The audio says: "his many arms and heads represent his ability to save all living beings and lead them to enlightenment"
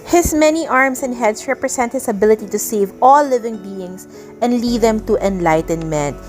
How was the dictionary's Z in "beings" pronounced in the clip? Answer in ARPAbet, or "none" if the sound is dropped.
S